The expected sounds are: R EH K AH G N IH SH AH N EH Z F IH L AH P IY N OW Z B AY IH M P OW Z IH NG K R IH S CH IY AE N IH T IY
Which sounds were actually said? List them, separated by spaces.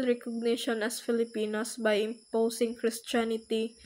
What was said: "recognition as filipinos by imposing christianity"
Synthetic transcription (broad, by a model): R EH K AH G N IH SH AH N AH S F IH L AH P IY N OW S B AY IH M P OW S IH NG K R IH S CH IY N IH T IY